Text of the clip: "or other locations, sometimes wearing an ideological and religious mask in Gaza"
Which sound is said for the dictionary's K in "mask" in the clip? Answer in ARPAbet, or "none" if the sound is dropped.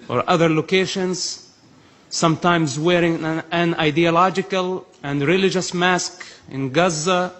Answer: K